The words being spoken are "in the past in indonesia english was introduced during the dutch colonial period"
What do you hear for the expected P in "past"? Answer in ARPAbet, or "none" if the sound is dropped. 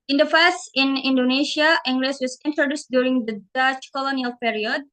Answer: F